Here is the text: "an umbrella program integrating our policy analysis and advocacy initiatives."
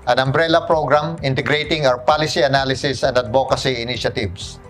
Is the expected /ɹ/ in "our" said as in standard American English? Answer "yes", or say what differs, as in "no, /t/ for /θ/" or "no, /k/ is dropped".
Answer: no, /w/ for /ɹ/